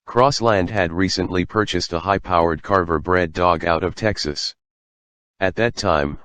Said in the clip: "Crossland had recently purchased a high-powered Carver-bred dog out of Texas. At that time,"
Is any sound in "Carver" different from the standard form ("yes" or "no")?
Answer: no